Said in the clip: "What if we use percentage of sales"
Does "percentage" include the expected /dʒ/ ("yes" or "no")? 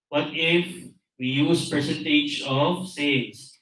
yes